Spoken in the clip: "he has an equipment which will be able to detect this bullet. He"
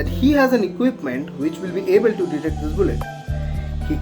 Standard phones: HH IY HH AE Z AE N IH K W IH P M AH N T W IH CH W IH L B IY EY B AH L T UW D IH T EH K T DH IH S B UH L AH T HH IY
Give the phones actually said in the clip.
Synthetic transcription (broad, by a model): HH IY HH AE Z AE N IH K W IH P M AH N T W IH CH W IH L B IY EY B AH L T UW D IH T EH K T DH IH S B UH L AH T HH IY